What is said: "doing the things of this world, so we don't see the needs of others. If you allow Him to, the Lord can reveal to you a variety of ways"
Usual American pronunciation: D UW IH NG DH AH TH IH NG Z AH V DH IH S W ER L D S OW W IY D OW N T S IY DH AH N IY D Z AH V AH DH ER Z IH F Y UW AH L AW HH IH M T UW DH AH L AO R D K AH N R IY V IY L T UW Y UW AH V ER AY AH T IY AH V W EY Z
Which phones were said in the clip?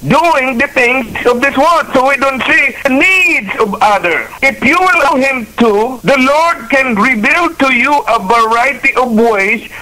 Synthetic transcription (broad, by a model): D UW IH NG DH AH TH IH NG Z AH V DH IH S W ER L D S OW W IY D OW N T S IY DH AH N IY D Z AH V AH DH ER IH F Y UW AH L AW HH IH M T UW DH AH L AO R D K AH N R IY B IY L T UW Y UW AH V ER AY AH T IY AH V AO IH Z